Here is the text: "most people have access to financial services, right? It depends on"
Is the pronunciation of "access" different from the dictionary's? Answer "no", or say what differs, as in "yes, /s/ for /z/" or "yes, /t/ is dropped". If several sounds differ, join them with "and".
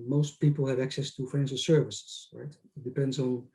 no